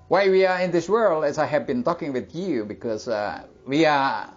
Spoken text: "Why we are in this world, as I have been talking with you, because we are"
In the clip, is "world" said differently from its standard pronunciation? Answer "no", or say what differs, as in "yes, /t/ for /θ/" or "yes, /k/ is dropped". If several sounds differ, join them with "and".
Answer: no